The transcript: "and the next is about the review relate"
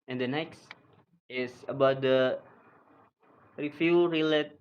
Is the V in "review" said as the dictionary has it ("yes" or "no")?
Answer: no